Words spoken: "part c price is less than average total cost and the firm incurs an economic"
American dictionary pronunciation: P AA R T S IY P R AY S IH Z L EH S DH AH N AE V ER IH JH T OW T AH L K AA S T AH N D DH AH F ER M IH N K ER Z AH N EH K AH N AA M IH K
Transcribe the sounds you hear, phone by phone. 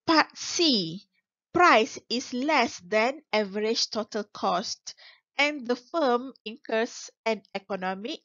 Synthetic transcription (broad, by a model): P AA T S IY P R AY S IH S L EH S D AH N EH V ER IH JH T OW T AH L K AA S T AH N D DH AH F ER M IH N K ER S AH N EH K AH N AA M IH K